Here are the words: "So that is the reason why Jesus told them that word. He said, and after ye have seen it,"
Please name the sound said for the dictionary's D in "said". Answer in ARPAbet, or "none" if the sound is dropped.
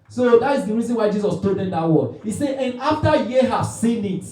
none